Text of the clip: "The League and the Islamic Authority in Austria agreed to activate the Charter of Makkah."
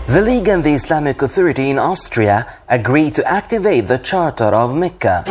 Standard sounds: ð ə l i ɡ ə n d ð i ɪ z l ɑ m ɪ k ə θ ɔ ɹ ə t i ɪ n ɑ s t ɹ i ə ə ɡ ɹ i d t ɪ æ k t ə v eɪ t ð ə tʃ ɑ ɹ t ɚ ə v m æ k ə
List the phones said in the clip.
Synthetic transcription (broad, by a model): ð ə l i ɡ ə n ð i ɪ s l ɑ m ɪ k ə θ ɔ ɹ ə t i ɪ n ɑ s t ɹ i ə ə ɡ ɹ i d t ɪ æ k t ə v eɪ t ð ə tʃ ɑ ɹ t ɚ ə v m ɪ k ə